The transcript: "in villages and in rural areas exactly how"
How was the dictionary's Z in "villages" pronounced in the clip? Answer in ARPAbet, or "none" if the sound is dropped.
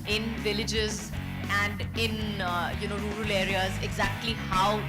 Z